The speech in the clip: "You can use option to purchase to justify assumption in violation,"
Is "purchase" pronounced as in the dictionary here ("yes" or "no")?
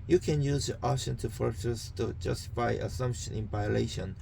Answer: no